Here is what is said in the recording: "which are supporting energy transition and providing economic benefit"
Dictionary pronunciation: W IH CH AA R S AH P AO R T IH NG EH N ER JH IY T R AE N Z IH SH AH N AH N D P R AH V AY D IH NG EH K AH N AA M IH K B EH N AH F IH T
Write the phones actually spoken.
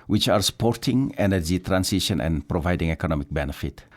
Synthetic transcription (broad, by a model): W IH CH AA R S AH P AO R T IH NG EH N ER JH IY T R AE N S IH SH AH N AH N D P R AH V AY D IH NG EH K AH N AA M IH K B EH N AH F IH T